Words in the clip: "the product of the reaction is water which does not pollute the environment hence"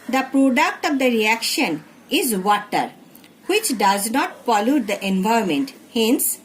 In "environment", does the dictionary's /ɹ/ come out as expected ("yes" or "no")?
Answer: no